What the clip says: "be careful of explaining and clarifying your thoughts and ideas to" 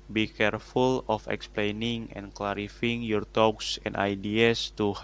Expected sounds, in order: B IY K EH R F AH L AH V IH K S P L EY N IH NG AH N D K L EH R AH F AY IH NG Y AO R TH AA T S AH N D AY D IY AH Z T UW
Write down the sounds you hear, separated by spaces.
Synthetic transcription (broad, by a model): B IY K EH R F AH L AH F IH K S P L EY N IH NG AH N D K L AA R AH F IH NG Y AO R T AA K S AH N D AY D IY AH S T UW